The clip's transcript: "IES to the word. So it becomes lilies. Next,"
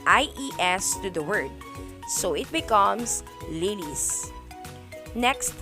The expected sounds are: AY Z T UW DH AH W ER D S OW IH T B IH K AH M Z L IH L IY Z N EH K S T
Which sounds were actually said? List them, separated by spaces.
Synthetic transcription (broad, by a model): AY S T UW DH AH W ER D S OW IH T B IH K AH M S L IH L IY S N EH K S T